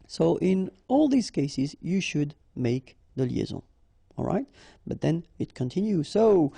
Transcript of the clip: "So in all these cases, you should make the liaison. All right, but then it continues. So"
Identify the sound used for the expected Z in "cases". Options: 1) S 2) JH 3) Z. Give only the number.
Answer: 3